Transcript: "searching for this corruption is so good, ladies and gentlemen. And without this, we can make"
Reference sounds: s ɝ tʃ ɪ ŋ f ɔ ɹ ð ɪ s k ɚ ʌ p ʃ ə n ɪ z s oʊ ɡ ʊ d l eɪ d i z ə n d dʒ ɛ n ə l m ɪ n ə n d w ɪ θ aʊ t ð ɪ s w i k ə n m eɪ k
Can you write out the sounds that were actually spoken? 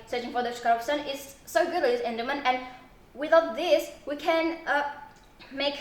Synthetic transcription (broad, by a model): s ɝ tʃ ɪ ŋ f ɔ ɹ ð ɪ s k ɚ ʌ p s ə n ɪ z s oʊ ɡ ʊ d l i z ə n d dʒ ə m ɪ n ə n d w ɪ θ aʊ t ð ɪ s w i k ə n m eɪ k